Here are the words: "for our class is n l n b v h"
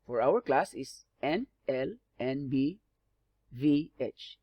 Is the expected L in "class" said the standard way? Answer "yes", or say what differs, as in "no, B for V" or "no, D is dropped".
yes